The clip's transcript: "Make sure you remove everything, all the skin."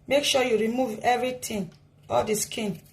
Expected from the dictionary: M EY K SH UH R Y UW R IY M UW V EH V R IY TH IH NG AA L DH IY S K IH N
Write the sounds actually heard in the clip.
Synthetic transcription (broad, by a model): M EY K SH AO Y UW R IY M UW V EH V R IY T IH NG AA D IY S K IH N